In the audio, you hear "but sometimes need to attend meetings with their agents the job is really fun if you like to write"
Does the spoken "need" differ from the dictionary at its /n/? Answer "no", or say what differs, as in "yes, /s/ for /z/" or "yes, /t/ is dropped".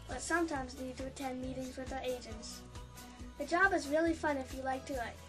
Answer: yes, /l/ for /n/